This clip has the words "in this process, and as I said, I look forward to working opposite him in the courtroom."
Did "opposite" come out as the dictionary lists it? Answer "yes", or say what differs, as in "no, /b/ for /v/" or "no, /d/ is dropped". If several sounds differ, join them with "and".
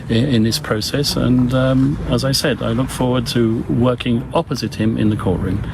yes